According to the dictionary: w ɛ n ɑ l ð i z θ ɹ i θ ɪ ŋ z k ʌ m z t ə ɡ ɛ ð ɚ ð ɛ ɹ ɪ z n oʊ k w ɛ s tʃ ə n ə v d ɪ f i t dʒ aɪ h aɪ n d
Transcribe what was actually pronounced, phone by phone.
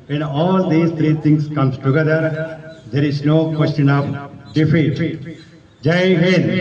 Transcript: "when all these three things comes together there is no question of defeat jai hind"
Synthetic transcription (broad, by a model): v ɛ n ɑ l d i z t ɹ i t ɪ ŋ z k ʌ m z t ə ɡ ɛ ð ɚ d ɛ ɹ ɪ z n oʊ k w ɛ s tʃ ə n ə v d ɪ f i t dʒ aɪ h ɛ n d